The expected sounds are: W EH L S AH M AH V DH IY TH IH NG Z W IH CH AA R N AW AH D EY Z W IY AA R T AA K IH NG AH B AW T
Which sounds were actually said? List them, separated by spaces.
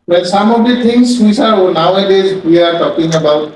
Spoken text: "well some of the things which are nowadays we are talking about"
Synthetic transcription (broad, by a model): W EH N S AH M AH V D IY T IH NG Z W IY S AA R N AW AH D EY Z W IY AA R T AA K IH NG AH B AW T